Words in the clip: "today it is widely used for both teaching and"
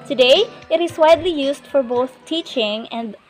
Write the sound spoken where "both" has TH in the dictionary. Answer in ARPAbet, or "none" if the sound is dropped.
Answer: TH